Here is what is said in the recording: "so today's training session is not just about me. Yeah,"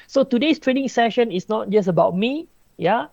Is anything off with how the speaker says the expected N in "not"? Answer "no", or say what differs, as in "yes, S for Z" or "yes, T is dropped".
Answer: no